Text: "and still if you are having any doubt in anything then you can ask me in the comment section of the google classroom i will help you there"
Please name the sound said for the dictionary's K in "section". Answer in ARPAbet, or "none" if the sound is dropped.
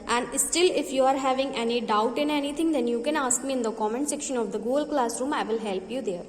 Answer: K